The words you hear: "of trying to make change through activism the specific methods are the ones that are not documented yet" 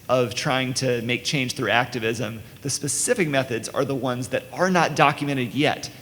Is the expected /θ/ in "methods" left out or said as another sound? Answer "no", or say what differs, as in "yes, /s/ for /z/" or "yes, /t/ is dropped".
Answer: no